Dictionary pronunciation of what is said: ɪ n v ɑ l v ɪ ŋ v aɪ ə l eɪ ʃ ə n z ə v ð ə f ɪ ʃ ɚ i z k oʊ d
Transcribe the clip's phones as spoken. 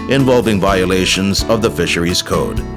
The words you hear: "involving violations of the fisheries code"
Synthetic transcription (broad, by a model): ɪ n v ɑ l v ɪ ŋ v aɪ ə l eɪ ʃ ə n z ə v ð ə f ɪ ʃ ɚ i z k oʊ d